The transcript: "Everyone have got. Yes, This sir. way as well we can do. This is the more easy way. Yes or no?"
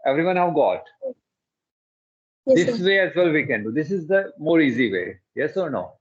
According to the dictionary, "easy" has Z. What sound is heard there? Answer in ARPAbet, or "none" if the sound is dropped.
Z